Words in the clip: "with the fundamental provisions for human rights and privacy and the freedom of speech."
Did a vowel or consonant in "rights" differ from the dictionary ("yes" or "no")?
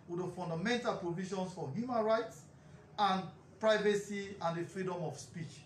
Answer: no